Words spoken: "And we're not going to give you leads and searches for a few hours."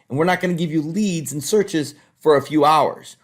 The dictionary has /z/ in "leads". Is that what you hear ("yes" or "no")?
yes